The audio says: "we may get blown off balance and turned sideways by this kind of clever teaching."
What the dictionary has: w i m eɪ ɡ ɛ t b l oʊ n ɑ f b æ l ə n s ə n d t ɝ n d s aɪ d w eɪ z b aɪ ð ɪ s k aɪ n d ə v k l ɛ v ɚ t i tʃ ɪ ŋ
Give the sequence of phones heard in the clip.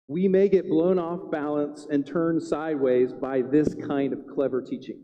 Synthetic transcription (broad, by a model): w i m eɪ ɡ ɛ t b l oʊ n ɑ f b æ l ə n s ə n t ɝ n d s aɪ d w eɪ z b aɪ ð ɪ s k aɪ n d ə v k l ɛ v ɚ t i tʃ ɪ ŋ